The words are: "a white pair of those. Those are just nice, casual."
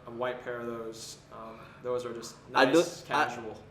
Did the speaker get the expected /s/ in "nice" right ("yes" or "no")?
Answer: no